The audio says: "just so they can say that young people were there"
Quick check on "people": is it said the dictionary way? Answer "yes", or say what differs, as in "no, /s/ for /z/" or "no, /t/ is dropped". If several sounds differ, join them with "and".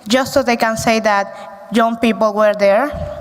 yes